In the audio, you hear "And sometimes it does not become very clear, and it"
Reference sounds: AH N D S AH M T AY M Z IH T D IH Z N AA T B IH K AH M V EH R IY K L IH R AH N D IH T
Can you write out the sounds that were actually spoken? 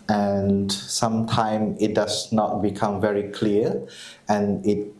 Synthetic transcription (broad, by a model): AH N S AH M T AY M IH T D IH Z N AA T B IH K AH M V EH R IY K L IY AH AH N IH T